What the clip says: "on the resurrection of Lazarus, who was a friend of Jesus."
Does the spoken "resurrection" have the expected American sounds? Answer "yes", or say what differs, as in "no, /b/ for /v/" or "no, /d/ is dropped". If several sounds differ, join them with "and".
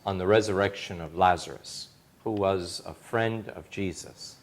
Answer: yes